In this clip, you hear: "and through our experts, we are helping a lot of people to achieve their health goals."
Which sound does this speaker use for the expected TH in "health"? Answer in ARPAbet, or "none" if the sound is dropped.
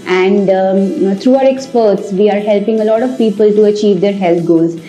T